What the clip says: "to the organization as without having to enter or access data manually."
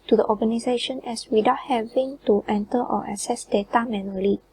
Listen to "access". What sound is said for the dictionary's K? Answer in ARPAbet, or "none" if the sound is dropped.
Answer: none